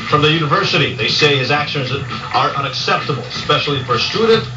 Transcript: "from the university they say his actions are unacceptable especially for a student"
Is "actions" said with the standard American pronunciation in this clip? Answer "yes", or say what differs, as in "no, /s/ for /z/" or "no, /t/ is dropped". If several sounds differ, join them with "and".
yes